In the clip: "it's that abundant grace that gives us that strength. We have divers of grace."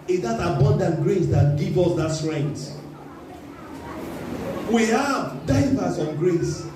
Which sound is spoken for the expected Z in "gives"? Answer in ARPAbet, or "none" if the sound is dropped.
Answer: none